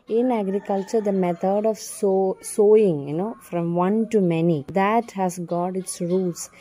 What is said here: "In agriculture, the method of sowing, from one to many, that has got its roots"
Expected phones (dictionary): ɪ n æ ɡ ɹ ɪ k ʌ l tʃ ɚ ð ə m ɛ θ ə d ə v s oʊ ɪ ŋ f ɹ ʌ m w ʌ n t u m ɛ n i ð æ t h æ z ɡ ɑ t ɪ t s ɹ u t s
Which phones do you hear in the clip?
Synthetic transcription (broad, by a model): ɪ n æ ɡ ɹ ɪ k ʌ l tʃ ɚ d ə m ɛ t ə d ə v s oʊ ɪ ŋ f ɹ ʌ m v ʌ n t u m ɛ n i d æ t h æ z ɡ ɑ t ɪ t s ɹ u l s